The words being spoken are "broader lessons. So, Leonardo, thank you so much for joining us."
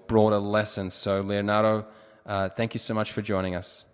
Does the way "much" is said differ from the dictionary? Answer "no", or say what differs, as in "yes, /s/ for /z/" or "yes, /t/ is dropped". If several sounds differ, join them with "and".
no